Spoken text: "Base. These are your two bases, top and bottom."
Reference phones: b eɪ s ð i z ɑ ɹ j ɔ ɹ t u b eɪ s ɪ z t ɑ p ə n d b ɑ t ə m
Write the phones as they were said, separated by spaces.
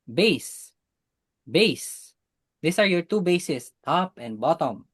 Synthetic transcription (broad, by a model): b eɪ s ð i s ɑ ɹ j ɔ ɹ t u b eɪ s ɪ s t ɑ p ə n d b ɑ t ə m